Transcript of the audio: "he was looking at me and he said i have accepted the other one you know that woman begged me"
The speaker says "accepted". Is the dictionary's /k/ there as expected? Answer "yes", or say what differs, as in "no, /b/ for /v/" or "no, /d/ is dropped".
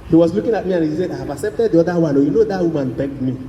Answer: yes